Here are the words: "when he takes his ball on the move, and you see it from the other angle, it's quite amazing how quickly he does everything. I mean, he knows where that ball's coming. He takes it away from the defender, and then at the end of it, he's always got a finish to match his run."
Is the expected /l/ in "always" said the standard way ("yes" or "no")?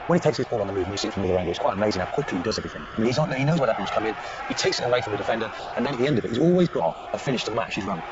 yes